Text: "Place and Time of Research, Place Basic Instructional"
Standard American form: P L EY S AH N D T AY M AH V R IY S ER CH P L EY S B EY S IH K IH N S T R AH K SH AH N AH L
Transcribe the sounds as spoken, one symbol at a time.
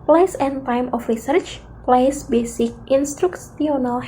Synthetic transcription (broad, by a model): P L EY S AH N T AY M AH F R IY S ER CH P L EY S B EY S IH K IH N S T R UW K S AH N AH L